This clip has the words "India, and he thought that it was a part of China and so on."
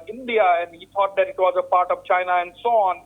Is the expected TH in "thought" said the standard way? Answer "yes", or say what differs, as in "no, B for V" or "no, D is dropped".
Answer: no, T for TH